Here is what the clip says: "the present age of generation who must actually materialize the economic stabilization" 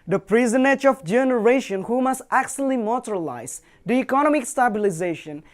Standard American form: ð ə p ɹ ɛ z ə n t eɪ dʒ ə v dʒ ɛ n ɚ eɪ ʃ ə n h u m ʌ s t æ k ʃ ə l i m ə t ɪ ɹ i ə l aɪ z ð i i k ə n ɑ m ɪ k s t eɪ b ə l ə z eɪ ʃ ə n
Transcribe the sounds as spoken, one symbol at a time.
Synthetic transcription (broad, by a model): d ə p ɹ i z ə n eɪ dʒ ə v dʒ ɛ n ɚ eɪ ʃ ə n h u m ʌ s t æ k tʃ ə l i m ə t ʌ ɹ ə l aɪ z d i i k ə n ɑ m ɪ k s t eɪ b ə l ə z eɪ ʃ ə n